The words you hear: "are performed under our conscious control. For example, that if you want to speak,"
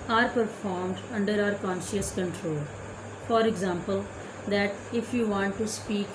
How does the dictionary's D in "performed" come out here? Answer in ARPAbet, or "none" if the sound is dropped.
D